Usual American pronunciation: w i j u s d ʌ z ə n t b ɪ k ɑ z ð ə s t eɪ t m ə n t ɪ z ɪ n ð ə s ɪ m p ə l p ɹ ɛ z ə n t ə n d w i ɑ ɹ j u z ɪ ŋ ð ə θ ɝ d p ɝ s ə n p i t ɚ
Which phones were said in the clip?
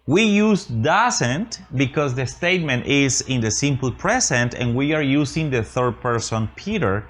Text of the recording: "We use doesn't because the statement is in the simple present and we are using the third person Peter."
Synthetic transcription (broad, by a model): w i j u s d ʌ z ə n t b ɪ k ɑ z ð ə s t eɪ t m ə n t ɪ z ɪ n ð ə s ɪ m p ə l p ɹ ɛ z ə n t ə n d w i ɑ ɹ j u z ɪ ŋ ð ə θ ɝ d p ɝ s ə n p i t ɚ